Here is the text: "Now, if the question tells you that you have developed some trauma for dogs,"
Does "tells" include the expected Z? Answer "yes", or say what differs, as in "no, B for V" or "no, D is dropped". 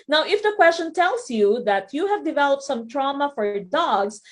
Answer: no, S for Z